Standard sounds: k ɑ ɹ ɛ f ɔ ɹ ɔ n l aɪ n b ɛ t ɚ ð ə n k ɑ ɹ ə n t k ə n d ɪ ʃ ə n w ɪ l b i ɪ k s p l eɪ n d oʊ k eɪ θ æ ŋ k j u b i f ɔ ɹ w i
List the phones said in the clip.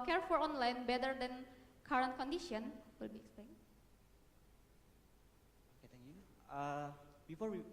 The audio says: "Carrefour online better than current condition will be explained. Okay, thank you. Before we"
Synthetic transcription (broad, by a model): k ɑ ɹ f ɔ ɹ ɔ n l aɪ n b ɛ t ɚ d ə n k ɑ ɹ ə n t k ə n d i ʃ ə n w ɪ l b i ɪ k s p l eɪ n oʊ k eɪ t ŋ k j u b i f ɔ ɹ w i